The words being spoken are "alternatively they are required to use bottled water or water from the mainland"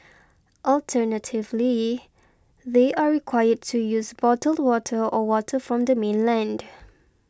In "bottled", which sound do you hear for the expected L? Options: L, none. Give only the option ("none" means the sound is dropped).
L